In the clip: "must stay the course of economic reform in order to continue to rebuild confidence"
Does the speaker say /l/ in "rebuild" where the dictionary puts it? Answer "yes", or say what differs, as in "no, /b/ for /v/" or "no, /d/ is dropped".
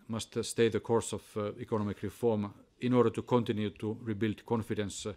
yes